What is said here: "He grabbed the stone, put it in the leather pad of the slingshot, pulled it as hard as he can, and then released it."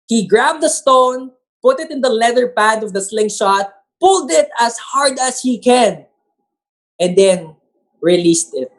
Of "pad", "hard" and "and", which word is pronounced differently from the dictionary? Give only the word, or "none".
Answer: none